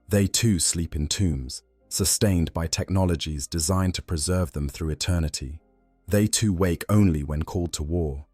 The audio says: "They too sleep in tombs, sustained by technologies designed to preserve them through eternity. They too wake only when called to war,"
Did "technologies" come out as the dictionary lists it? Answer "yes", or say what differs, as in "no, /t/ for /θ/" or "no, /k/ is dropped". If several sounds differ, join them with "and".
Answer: yes